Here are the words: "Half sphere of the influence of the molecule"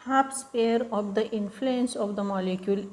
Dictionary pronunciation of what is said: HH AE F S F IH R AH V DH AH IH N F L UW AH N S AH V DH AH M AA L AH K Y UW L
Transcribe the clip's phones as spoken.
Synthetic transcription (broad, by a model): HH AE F S P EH R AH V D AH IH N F L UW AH N S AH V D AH M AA L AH K Y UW L